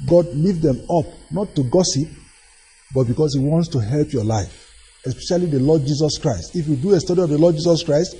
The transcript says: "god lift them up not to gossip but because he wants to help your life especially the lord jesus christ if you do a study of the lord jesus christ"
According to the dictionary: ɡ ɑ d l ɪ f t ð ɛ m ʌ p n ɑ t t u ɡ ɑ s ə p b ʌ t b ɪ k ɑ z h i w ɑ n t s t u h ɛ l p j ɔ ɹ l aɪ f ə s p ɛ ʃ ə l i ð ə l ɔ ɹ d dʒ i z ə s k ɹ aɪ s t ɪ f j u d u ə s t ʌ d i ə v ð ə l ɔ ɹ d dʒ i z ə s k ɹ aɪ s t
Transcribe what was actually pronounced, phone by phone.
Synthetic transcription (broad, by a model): ɡ ɑ d l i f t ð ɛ m ʌ p n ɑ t t u ɡ ɑ s ə p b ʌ t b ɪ k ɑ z h i w ɑ n t s t u h ɛ l p j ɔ l aɪ f ə s p ɛ ʃ ə l i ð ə l ɔ d dʒ i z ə s k ɹ aɪ s t ɪ f j u d u ə s t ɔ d i ə v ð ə l ɔ d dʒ i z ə s k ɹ aɪ s t